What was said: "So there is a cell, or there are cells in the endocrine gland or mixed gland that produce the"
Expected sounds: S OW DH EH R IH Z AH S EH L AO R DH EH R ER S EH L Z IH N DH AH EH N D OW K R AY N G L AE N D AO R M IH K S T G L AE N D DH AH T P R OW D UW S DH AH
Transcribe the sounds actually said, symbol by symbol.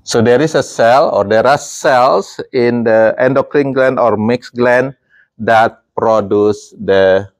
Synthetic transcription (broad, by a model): S OW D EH R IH S AH S EH L AO R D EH R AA S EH L S IH N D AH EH N D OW K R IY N G L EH N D AO R M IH K S G L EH N D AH T P R OW D UW S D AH